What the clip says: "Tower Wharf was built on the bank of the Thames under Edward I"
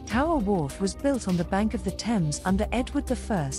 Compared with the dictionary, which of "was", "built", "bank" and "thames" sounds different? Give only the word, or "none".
none